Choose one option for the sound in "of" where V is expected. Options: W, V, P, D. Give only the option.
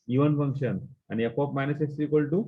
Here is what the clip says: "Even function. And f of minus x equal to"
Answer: P